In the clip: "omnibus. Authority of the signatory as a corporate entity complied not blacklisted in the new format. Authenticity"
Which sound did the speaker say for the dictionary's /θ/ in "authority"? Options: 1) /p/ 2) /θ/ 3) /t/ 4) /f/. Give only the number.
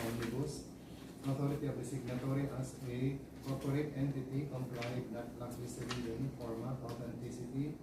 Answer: 3